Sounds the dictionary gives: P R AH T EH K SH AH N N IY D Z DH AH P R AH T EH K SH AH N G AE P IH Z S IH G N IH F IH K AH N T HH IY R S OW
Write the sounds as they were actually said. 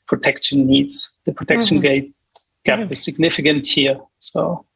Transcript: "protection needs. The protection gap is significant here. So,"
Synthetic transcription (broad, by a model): P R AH T EH K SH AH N N IY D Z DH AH P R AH T EH K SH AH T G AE B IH S IH G N IH F IH K AH N T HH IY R S OW